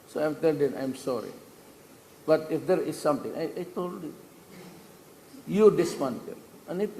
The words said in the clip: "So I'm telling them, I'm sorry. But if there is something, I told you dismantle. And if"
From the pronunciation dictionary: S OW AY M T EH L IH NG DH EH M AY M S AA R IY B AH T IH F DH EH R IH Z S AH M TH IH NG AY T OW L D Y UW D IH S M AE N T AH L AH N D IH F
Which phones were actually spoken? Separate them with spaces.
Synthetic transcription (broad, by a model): S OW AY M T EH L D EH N AY M S AA R IY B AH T IH F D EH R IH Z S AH M T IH NG AY T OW L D Y UW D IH S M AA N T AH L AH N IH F